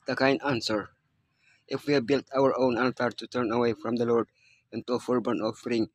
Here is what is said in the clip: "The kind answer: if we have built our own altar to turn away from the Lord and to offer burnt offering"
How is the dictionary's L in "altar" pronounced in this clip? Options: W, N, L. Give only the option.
N